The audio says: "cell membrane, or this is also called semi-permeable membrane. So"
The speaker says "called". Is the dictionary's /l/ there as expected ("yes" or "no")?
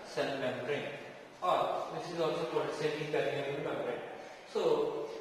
no